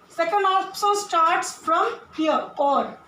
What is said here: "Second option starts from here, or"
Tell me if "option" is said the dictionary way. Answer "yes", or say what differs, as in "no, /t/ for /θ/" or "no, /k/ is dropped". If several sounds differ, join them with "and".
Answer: no, /s/ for /ʃ/ and /l/ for /n/